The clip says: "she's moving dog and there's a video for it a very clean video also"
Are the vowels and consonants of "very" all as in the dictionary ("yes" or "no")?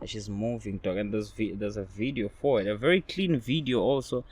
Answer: yes